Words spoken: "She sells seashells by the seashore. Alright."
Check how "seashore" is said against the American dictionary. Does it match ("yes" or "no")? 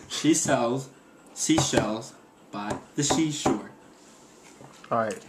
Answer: no